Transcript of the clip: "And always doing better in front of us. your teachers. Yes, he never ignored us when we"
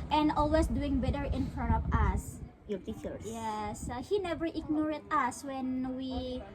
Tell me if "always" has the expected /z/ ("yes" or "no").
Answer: no